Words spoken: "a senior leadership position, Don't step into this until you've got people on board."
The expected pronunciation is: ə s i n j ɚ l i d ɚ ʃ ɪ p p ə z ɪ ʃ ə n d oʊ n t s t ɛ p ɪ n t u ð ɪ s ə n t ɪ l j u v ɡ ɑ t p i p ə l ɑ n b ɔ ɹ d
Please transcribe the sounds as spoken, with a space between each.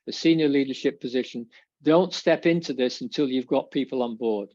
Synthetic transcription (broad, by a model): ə s i n j ɚ l i d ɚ ʃ ɪ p p ə z ɪ ʃ ə n d oʊ n t s t ɛ p ɪ n t u ð ɪ s ə n t ɪ l j u v ɡ ɑ t p i p ə l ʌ n b ɔ ɹ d